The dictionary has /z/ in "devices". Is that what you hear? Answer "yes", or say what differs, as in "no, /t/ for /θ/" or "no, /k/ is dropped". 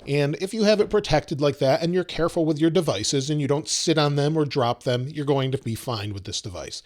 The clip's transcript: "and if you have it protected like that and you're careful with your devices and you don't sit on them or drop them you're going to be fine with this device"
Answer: yes